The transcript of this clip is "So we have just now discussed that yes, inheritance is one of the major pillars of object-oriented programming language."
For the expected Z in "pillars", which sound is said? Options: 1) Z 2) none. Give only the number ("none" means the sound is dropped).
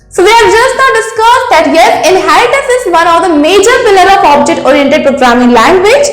2